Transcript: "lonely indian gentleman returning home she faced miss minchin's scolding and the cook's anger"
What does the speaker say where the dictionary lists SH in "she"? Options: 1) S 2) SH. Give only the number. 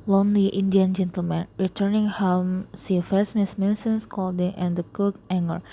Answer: 1